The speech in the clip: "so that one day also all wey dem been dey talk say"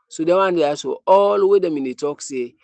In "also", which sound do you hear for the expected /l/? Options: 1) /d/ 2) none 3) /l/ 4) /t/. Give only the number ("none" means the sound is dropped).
2